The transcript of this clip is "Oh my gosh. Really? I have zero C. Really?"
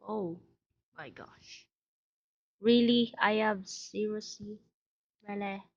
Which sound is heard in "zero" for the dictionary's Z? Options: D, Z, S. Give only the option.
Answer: S